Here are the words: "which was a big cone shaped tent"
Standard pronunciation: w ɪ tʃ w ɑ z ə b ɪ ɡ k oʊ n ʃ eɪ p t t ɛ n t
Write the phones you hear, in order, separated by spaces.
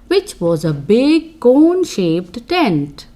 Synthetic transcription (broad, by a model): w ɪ tʃ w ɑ z ə b ɪ ɡ k oʊ n ʃ eɪ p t t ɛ n t